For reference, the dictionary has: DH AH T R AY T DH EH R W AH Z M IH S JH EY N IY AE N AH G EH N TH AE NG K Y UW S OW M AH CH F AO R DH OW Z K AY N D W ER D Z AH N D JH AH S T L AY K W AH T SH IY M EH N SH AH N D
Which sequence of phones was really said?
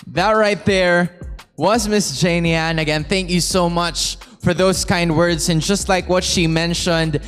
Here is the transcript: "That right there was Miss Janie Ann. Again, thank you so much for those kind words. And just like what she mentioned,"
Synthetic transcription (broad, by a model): DH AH T R AY T DH EH R W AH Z M IH S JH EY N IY AE N AH G EH N TH AE NG K Y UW S OW M AH CH F AO R DH OW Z K AY N D W ER D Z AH N JH AH S T L AY K W AH T SH IY M EH N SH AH N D